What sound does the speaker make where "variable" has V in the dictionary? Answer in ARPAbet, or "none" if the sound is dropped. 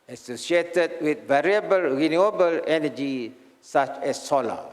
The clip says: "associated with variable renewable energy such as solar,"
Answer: V